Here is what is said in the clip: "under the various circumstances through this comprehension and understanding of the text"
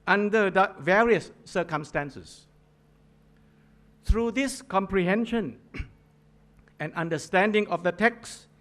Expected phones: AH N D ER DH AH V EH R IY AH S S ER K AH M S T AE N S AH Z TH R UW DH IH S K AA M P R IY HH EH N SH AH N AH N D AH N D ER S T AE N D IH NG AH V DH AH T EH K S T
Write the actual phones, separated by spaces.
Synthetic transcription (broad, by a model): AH N D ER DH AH V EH R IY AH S S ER K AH M S T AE N S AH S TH R UW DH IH S K AA M P R IY HH EH N SH AH N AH N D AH N D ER S T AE N D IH NG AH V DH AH T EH K S